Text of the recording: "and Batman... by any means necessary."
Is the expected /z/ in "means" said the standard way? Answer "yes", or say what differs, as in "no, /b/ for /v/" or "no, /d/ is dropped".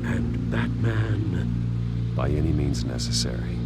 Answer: yes